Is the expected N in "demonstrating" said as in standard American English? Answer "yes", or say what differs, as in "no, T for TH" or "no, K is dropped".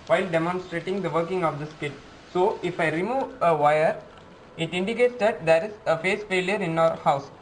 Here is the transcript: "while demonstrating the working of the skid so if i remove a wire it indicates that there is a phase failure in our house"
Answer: yes